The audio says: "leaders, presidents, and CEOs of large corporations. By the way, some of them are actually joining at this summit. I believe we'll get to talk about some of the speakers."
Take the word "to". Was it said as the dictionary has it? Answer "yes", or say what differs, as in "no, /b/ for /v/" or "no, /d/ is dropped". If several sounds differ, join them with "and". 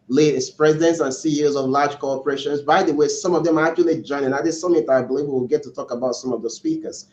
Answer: yes